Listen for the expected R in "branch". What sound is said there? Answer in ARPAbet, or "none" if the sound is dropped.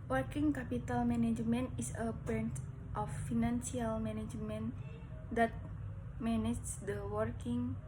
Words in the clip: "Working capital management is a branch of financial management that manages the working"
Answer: none